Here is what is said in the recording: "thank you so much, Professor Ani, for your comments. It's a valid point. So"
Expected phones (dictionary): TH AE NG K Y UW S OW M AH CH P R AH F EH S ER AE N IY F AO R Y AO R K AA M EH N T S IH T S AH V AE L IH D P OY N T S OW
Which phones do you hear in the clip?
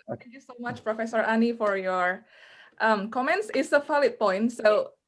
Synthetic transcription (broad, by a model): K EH Y UW S OW M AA CH P R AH F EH S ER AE N IY F AO R Y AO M K AA M EH N T S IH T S AH F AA L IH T P OY N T S OW